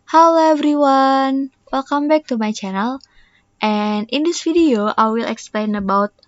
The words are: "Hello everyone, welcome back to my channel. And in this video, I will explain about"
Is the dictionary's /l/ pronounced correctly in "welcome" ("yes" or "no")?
yes